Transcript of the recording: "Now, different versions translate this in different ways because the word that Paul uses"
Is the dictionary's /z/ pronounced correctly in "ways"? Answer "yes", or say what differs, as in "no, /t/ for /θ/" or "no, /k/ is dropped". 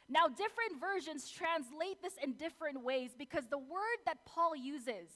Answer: yes